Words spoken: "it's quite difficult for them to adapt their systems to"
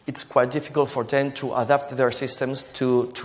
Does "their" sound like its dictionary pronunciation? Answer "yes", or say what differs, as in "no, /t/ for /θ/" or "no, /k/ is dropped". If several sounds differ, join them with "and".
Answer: yes